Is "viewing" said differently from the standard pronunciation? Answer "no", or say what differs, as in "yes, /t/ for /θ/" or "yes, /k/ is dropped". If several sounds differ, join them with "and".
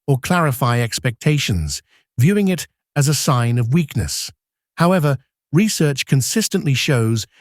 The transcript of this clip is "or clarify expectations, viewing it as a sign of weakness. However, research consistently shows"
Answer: no